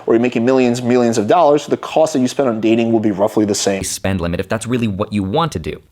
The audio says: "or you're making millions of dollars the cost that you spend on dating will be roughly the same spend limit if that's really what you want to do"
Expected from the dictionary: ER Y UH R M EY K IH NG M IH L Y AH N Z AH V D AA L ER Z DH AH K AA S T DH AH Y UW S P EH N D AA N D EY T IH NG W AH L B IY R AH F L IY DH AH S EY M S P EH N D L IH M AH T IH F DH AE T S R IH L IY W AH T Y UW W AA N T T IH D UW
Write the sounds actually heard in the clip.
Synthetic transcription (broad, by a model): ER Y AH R M EY K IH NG M IH L Y AH N Z AH V D AA L ER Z DH AH K AA S T DH AH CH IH S P EH N D N D EY T IH NG W AH L B IY R AH F L IY DH AH S EY S P EH N D L IH M AH T IH F DH AE T S R IH L IY W AH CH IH W AA N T T IH D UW